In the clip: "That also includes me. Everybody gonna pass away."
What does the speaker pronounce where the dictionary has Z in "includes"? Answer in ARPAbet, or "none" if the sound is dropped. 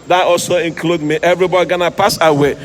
none